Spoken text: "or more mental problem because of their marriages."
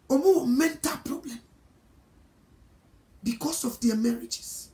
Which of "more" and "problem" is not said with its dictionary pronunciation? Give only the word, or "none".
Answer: more